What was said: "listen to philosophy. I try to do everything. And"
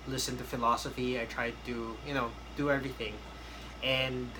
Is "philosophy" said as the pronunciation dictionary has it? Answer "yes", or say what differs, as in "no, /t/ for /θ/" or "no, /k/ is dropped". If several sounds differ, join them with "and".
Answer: yes